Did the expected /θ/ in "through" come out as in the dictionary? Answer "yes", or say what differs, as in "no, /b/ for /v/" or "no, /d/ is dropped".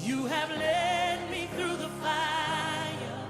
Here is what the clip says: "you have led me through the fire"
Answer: yes